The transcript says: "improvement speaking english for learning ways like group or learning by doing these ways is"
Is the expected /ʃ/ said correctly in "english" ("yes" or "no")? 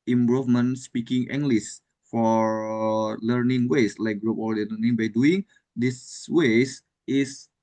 no